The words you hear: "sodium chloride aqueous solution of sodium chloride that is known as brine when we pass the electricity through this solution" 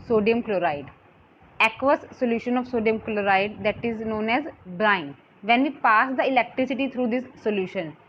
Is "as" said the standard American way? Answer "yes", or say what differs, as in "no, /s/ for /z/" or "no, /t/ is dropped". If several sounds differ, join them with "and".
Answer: yes